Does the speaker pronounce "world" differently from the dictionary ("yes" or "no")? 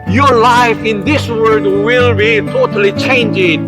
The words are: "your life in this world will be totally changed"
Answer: yes